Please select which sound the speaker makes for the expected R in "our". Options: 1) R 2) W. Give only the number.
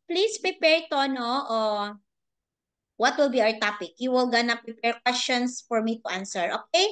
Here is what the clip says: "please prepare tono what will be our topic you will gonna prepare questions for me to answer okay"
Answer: 1